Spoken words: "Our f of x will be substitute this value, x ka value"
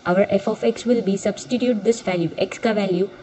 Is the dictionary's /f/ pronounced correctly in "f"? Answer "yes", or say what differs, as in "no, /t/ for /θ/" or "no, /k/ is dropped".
yes